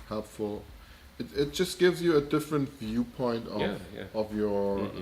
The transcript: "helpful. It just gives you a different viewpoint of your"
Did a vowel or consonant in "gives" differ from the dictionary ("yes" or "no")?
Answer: no